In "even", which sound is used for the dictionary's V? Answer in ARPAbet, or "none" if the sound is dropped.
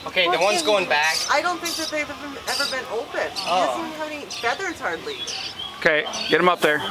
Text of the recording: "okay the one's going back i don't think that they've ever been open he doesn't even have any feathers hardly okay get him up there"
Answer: none